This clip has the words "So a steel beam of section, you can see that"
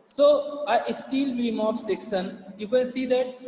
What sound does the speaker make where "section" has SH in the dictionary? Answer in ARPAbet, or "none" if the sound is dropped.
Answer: S